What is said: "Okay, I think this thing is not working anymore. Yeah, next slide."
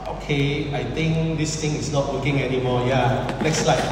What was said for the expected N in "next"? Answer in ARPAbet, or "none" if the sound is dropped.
L